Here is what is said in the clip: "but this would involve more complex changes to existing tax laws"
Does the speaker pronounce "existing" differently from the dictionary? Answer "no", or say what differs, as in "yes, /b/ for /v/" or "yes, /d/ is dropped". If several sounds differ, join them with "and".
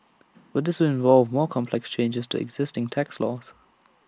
no